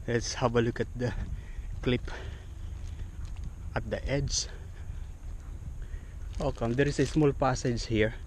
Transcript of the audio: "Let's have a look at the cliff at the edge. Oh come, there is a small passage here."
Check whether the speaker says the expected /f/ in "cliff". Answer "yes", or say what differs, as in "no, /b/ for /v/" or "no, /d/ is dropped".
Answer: no, /p/ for /f/